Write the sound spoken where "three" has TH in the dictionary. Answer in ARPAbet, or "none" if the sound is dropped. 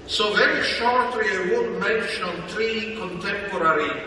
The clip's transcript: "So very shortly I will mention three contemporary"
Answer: T